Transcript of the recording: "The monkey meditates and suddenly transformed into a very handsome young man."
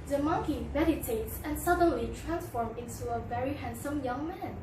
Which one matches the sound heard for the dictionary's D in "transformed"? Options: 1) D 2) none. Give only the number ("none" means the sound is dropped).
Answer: 2